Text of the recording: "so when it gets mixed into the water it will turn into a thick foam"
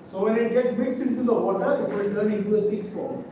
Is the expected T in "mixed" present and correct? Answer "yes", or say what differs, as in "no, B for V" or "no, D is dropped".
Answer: no, T is dropped